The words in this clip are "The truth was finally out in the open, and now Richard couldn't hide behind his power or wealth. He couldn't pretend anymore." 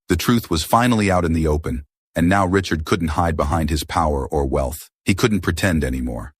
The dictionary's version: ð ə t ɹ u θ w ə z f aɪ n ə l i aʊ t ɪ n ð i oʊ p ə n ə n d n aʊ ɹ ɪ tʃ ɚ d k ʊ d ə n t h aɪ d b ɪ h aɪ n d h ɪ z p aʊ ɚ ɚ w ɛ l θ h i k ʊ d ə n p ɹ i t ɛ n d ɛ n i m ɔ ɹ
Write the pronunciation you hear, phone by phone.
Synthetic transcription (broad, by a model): ð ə t ɹ u θ w ə z f aɪ n l i aʊ t ɪ n ð i oʊ p ə n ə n n aʊ ɹ ɪ tʃ ɚ d k ʊ d n t h aɪ d b ɪ h aɪ n d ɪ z p aʊ ɚ ɚ w ɛ l θ h i k ʊ d n p ɹ i t ɛ n d ɛ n i m ɔ ɹ